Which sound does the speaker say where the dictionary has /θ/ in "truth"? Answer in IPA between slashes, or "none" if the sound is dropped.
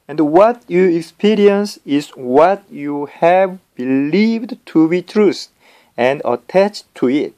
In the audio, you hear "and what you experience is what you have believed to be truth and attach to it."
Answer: /t/